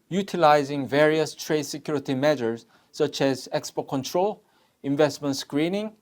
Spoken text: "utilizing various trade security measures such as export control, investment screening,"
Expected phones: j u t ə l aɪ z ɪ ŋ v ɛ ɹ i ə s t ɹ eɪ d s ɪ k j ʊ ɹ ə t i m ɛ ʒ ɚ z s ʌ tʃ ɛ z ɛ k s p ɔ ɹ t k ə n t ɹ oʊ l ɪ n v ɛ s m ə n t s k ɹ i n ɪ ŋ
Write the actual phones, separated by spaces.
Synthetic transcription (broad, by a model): j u t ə l aɪ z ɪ ŋ v ɛ ɹ i ə s t ɹ eɪ d s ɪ k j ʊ ɹ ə t i m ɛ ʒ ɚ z s ʌ tʃ ɛ z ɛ k s p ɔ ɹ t k ə n t ɹ oʊ l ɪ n v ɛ s m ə n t s k ɹ i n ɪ ŋ